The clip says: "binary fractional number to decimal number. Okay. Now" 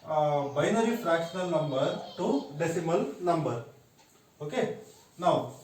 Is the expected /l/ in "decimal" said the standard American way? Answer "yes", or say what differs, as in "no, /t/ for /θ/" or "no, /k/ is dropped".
yes